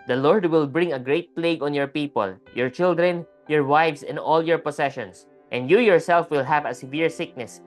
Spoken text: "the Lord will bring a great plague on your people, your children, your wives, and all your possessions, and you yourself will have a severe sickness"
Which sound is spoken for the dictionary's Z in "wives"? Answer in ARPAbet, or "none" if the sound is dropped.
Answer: S